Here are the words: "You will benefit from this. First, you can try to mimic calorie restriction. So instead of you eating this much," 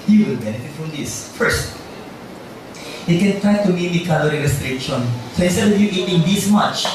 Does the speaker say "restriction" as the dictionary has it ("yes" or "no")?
no